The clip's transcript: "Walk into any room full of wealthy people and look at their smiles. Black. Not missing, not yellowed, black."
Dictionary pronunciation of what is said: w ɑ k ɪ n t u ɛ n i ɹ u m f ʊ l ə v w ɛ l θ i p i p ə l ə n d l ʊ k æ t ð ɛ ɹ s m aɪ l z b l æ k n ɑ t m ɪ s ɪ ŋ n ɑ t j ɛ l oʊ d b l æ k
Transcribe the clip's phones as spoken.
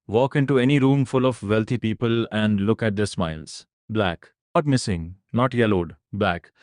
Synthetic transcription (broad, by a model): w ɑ k ɪ n t u ɛ n i ɹ u m f ʊ l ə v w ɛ l t i p i p ə l ə n d l ʊ k æ t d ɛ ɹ s m aɪ l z b l æ k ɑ t m ɪ s ɪ ŋ n ɑ t j ɛ l oʊ d b l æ k